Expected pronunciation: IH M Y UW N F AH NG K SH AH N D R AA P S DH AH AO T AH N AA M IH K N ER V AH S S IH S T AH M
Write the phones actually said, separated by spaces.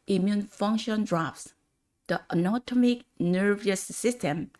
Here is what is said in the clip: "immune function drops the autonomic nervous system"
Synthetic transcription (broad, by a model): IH M Y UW N F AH NG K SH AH N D R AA F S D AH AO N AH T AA M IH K N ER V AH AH S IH S T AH M